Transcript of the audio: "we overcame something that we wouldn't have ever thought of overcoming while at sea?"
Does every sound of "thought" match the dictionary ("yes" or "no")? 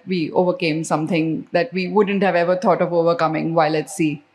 no